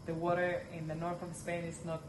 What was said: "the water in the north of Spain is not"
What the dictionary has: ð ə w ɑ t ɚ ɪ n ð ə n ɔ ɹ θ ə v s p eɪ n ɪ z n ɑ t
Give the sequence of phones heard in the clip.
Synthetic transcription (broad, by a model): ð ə w ɑ t ɚ ɪ n ð ə n ɔ ɹ θ ə v s p eɪ n ɪ z n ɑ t